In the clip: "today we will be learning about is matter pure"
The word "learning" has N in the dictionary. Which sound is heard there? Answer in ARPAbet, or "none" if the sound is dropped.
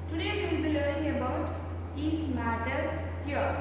none